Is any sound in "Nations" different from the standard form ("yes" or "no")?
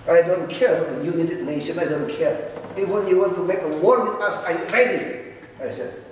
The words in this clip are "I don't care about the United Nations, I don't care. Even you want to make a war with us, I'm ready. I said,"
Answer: yes